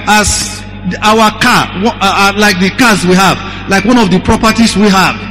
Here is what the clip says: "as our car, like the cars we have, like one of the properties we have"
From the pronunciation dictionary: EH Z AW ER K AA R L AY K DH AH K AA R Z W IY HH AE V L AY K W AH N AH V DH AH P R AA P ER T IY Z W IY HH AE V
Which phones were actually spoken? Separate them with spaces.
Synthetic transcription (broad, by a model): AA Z AW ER K AA W L AY K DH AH K AA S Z W IY HH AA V L AY K W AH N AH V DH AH P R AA P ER T IY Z W IY HH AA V